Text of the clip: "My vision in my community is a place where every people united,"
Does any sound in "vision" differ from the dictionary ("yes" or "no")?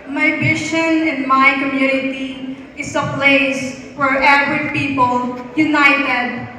yes